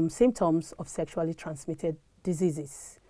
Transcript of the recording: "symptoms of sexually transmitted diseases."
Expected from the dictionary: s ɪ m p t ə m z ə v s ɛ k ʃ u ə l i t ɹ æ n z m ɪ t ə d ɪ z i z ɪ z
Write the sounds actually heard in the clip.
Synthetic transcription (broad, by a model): s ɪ m p t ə m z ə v s ɛ k ʃ u ə l i t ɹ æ n s m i t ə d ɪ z i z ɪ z